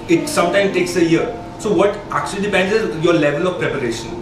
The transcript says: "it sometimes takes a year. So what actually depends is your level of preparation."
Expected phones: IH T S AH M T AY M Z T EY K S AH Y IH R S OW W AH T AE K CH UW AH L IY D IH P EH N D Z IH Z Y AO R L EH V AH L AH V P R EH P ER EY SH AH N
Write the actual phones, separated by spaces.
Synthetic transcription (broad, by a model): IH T S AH M T AY M T EY K S AH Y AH R S OW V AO T AE K CH UW AH L IY D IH P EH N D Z IH Z Y AO R L EH V AH L AH V P R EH P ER EY SH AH N